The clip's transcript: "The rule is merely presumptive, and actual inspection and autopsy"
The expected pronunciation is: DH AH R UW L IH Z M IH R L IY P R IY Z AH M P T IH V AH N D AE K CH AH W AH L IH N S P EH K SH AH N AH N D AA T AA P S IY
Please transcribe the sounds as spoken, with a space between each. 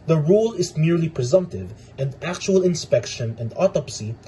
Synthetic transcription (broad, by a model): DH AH R UW L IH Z M IH R L IY P R IY Z AH M P T IH V AH N D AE K CH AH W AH L IH N S P EH K SH AH N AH N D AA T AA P S IY